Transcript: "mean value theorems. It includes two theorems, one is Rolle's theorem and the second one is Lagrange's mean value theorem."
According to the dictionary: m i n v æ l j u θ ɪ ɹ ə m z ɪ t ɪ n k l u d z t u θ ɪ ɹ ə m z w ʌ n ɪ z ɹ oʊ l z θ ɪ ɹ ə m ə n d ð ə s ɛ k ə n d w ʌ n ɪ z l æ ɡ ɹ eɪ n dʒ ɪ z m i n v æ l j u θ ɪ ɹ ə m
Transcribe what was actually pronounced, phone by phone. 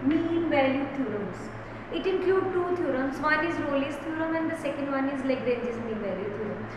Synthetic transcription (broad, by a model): m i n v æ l j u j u ɹ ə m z ɪ t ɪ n k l u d t u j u ɹ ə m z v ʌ n ɪ z ɹ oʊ l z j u ɹ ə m ə n d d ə s ɛ k ə n d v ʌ n ɪ z l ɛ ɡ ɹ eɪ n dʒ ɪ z m i n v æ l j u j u ɹ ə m